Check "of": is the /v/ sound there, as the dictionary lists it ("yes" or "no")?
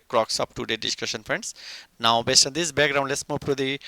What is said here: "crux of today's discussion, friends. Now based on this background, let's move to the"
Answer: no